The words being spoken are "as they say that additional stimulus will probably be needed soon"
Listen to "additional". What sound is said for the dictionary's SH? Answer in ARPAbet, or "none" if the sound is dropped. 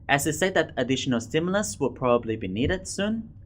SH